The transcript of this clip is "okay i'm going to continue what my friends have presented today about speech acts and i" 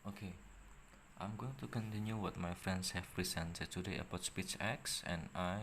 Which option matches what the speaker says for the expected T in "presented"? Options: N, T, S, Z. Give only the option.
S